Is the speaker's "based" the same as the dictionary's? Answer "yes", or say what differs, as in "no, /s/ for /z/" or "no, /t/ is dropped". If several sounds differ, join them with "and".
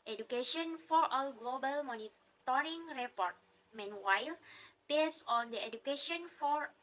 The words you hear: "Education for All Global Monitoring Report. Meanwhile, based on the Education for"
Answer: no, /t/ is dropped